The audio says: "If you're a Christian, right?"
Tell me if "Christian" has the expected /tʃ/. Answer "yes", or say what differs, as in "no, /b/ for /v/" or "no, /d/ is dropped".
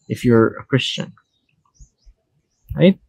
yes